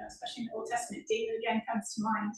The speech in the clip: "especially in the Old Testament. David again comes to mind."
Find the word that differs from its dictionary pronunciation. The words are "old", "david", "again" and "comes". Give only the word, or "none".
david